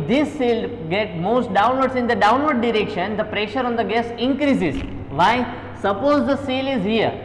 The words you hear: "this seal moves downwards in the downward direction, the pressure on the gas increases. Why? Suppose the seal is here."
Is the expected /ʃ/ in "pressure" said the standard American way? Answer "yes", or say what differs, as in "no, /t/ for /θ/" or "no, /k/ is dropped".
yes